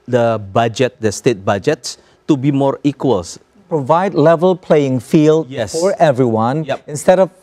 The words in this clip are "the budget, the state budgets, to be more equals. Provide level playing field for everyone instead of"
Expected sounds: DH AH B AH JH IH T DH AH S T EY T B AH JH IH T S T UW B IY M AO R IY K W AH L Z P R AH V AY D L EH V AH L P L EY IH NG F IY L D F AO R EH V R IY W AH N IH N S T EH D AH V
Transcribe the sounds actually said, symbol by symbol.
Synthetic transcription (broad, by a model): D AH B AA JH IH T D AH S T EY T B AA JH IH T S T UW B IY M AO R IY K W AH L S P R AH V AY D L EH V AH L P L EY IH NG F IY L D F AO R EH V R IY W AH N IH N S T EH D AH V